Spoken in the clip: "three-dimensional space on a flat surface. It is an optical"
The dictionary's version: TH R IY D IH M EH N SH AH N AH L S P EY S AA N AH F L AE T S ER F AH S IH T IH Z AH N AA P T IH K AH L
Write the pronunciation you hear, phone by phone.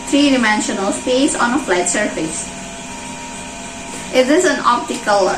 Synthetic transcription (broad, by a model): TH R IY D IH M EH N SH AH N AH L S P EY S AA N AH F L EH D S ER F AH S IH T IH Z AH N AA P T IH K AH L